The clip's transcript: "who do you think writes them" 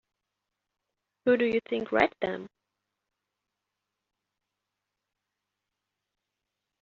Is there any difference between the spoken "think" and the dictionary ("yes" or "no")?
no